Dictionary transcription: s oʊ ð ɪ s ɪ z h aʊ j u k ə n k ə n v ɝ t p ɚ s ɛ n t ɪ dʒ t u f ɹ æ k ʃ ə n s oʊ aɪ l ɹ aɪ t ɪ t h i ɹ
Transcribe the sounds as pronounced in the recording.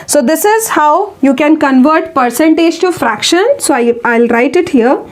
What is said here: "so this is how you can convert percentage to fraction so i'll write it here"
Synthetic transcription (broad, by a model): s oʊ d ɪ s ɪ z h aʊ j u k ə n k ə n v ɝ t p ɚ s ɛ n t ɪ dʒ t u f ɹ æ k ʃ ə n s oʊ aɪ l ɹ aɪ t ɪ t h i ɹ